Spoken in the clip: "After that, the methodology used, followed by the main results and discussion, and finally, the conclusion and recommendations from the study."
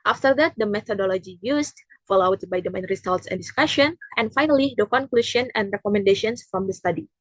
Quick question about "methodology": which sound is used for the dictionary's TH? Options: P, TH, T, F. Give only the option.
T